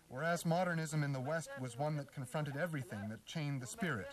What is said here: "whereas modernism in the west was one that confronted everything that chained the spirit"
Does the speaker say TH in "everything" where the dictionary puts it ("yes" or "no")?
yes